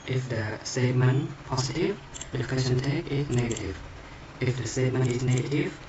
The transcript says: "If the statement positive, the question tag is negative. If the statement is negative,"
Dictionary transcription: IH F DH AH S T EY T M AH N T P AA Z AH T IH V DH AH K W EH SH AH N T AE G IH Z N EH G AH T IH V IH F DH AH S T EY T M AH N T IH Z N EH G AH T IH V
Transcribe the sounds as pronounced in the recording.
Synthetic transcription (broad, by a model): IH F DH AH S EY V M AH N P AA S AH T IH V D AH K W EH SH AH N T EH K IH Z N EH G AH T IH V IH F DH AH S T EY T M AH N IH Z N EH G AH T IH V